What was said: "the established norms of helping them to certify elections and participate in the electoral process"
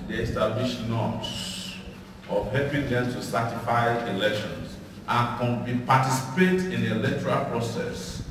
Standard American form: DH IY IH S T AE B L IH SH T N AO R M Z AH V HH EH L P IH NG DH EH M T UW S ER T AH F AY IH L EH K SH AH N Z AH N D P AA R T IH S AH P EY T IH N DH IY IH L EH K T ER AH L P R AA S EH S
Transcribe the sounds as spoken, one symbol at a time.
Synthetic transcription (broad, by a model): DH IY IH S T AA B L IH SH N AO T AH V HH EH P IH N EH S T UW S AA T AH F AY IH L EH K SH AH N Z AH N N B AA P T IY S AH P EY T IH N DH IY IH L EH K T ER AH L P R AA S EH S